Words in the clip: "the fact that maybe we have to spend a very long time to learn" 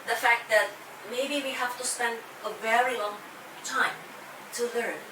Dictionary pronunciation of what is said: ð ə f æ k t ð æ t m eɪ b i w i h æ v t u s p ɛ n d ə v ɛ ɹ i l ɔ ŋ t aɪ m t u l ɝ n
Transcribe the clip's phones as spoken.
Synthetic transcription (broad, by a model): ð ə f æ k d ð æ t m eɪ b i w i h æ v t u s p ɛ n d ə v ɛ ɹ i l ɔ ŋ t aɪ m t u l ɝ n